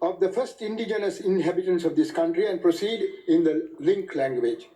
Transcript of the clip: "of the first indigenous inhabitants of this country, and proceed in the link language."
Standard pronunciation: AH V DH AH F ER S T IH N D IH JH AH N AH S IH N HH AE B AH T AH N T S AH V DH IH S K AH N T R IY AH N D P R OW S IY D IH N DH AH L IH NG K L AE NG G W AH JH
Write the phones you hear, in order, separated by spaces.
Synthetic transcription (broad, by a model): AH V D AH F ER S T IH N D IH JH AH N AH S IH N HH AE B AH T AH N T S AH V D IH S K AH N T R IY AH N D P R OW S IY D IH N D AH L IH NG K L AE NG G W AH JH